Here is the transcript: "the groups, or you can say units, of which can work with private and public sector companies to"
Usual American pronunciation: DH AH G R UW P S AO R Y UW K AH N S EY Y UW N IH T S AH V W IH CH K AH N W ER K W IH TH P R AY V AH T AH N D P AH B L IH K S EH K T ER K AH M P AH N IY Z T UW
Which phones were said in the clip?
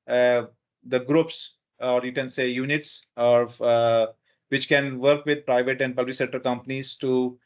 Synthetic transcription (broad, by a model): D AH G R UW P S AO R Y UW K AH N S EY Y UW N IH T S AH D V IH CH K AH N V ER K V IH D P R AY V AH T AH N D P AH L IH S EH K T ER K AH M P AH N IY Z T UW